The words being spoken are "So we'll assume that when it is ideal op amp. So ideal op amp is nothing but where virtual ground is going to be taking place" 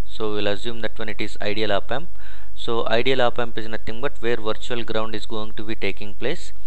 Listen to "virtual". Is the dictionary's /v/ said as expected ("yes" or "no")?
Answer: yes